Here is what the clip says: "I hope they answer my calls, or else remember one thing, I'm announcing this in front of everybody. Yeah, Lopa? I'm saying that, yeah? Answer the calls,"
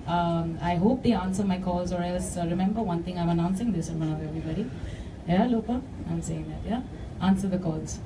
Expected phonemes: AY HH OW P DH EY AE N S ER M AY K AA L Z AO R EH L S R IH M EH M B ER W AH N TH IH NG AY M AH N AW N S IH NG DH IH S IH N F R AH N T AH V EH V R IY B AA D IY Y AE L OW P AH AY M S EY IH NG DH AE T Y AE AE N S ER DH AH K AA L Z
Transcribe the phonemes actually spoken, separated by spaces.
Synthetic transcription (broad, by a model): AY HH OW P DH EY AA N S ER M AY K AA L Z AO R EH L S R IH M EH M B ER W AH N T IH NG AY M AH N AW N S IH NG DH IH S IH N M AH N AH V EH V R IY B AA D IY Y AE L OW P AH AY M S EY IH NG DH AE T Y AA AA N S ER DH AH K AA L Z